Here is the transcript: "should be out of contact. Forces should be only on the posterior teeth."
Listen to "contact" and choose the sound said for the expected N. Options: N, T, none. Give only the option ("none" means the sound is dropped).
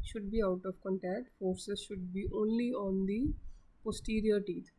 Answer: N